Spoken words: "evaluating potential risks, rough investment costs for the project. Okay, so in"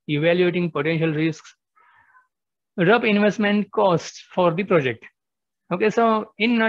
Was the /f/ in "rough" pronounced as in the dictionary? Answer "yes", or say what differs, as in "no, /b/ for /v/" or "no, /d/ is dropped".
no, /p/ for /f/